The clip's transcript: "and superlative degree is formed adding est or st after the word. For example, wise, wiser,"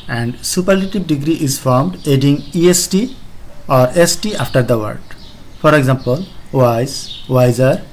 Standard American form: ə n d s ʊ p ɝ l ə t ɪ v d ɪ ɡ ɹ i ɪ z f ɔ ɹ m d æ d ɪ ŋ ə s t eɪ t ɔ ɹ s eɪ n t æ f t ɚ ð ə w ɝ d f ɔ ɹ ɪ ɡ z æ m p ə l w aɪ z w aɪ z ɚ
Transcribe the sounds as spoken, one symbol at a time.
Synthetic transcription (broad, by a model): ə n d s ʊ p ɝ l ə t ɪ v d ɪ ɡ ɹ i ɪ z f ɔ ɹ m d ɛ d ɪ ŋ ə s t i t ɔ ɹ eɪ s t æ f t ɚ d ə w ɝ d f ɔ ɹ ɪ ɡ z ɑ m p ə l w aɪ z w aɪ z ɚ